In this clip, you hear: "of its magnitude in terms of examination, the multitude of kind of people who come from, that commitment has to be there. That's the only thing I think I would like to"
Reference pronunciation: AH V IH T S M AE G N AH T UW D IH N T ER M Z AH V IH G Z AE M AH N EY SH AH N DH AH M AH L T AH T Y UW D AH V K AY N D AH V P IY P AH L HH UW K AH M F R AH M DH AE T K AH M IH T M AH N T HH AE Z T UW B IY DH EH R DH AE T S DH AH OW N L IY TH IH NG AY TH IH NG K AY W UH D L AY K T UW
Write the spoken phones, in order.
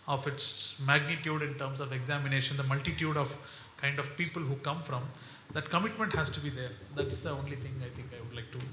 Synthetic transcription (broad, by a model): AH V IH T S M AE G N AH T UW D IH N T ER M S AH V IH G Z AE M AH N EY SH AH N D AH M AH L T AH T Y UW D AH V K AY N D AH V P IY P AH L HH UW K AH M F R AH M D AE T K AH M IH T M AH N T HH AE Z T UW B IY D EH R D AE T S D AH OW N L IY T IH NG AY T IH NG K AY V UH D L AY K T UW